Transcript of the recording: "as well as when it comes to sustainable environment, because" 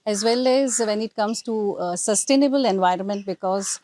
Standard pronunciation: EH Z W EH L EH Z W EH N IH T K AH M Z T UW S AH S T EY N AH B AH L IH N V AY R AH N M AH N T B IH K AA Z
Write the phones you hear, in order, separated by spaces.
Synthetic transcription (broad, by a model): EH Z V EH L EH Z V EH N IH T K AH M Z T UW S AH S T EY N AH B AH L IH N V AY R AH N M AH N T B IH K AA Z